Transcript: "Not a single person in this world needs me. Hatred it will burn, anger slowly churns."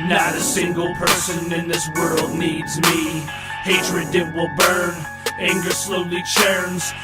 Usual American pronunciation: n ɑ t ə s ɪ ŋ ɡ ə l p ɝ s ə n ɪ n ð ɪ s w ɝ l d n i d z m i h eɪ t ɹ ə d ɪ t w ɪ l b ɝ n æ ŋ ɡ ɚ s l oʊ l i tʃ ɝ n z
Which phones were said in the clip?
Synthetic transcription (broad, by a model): n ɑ t ə s ɪ ŋ ɡ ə l p ɝ s ə n ɪ n ð ɪ s w ɝ l d n i d z m i h eɪ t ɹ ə d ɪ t w ɪ l b ɝ n æ ŋ ɡ ɚ s l oʊ l i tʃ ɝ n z